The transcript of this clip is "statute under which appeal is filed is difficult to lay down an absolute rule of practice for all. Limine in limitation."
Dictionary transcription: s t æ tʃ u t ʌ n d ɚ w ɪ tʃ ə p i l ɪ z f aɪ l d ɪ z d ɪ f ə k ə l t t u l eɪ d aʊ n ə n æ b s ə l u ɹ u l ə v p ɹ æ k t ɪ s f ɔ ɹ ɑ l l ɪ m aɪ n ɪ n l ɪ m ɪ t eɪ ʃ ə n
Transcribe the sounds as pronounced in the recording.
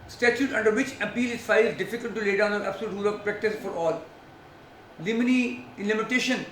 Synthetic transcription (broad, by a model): s t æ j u t ʌ n d ɚ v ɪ tʃ ə p i l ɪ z f aɪ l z d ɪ f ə k ə l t t u l eɪ d aʊ n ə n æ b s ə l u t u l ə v p ɹ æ k t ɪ s f ɔ ɹ ɑ l l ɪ m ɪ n ɪ n l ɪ m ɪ t eɪ ʃ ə n